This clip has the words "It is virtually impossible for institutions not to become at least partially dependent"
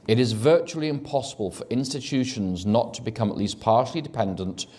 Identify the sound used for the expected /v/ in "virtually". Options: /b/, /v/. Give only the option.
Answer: /v/